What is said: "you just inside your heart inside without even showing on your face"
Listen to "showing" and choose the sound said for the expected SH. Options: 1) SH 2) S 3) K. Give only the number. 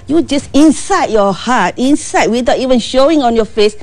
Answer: 1